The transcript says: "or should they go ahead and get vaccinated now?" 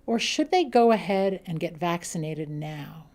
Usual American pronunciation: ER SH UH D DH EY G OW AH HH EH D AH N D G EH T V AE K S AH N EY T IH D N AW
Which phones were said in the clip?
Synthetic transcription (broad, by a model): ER SH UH D DH EY G OW AH HH EH D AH N G EH T V AE K S AH N EY T IH D N AW